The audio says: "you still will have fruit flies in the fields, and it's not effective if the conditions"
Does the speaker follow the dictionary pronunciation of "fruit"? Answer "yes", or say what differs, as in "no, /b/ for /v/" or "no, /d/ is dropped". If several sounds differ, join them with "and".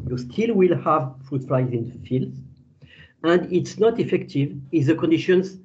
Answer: yes